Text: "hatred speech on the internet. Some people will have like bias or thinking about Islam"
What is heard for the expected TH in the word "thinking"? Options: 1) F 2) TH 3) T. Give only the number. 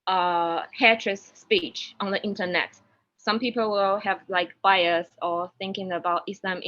2